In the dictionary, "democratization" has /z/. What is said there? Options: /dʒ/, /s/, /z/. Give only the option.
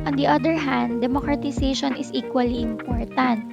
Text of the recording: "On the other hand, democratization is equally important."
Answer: /s/